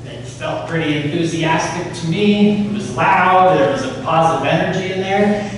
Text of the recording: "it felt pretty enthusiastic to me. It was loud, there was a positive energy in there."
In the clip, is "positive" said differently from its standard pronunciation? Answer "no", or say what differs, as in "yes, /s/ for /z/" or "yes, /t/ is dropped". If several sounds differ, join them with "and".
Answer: no